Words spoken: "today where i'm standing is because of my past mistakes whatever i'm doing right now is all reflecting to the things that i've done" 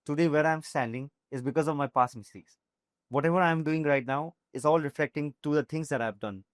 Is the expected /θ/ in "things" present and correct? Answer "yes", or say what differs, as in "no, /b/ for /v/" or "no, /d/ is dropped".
no, /t/ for /θ/